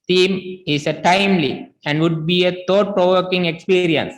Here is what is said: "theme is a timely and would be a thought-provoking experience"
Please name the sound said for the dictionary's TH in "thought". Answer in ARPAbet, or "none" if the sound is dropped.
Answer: T